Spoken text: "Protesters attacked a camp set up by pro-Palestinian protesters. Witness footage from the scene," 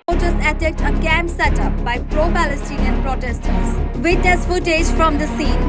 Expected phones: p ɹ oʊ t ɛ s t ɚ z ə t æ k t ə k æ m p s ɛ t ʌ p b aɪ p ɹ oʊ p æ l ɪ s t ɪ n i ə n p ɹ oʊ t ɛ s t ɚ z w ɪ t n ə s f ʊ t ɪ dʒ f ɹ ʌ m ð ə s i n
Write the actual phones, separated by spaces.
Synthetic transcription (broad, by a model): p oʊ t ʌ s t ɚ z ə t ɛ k t ə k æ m b s ɛ t ʌ p b aɪ p ɹ oʊ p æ l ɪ s t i n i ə n p ɹ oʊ t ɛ s t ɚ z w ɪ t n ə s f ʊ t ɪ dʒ f ɹ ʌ m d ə s i n